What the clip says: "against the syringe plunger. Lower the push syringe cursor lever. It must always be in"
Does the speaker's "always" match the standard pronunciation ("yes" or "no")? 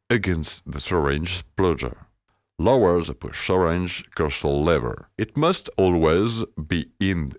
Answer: yes